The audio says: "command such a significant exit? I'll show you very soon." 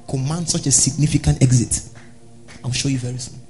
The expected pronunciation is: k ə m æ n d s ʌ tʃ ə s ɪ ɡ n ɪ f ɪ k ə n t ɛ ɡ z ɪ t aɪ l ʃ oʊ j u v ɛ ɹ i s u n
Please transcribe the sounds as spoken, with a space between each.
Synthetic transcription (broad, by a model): k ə m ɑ n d s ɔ tʃ ə s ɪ ɡ n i f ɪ k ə n t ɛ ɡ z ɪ t aɪ w ʃ oʊ j u v ɛ ɹ i s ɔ